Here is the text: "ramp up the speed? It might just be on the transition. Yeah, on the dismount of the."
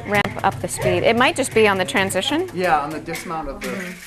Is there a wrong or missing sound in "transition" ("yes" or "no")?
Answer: no